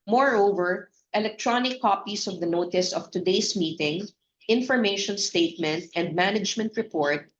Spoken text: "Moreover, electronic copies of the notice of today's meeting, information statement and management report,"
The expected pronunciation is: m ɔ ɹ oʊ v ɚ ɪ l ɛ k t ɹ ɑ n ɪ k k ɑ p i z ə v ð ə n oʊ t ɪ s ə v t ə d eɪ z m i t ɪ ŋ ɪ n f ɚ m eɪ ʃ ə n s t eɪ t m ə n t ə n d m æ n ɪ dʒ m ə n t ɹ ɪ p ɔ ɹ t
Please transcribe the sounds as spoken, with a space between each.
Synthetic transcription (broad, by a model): m ɔ ɹ oʊ v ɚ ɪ l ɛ k t ɹ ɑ n ɪ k k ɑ p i s ə v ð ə n oʊ t ɪ s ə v t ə d eɪ s m i t ɪ ŋ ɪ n f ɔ m eɪ ʃ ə n s t eɪ t m ə n t ə n d m æ n ɪ dʒ m ə n t ɹ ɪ p ɔ ɹ t